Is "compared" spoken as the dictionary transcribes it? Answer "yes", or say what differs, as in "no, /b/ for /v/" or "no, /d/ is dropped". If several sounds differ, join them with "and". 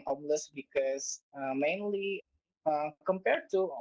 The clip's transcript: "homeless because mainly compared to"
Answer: yes